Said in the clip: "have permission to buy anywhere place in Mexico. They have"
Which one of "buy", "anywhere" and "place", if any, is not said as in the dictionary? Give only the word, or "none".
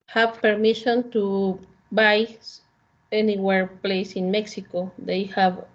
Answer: none